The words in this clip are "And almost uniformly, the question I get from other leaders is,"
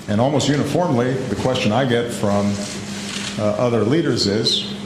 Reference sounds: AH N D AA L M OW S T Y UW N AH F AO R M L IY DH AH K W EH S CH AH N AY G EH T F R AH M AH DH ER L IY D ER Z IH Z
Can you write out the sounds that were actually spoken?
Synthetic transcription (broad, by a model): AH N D AA L M OW S T Y UW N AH F AO R M L IY DH AH K W EH S CH AH N AY G EH T F R AH M AH DH ER L IY D ER Z IH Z